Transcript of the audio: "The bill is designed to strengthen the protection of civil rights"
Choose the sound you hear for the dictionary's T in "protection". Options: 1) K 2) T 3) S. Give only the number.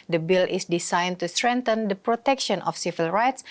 2